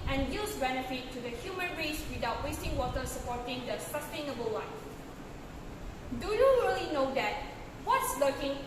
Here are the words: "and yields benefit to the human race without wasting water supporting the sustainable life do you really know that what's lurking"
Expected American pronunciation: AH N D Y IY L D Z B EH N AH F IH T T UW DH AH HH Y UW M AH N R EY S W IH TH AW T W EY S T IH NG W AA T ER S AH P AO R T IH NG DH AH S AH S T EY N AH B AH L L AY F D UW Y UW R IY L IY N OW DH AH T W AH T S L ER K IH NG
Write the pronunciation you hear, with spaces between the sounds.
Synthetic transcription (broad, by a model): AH N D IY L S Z B EH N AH F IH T T UW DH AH HH Y UW M AH N R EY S W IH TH AW T W EY S T IH NG W AA T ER S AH P AO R T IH NG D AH S AH S T EY N AH B AH L W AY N D UW Y UW R IY L IY N OW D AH T W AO T S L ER K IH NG